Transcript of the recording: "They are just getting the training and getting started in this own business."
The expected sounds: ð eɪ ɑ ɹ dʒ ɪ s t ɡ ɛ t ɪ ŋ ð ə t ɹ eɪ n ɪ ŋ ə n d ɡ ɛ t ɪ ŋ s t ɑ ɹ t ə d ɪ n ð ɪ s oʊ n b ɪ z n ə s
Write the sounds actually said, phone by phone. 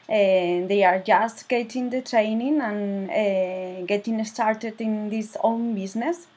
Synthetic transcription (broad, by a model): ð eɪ ɑ ɹ dʒ ɪ s t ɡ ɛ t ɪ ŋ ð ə t ɹ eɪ n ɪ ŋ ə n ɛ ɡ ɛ t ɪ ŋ s t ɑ ɹ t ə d ɪ n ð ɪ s oʊ n b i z n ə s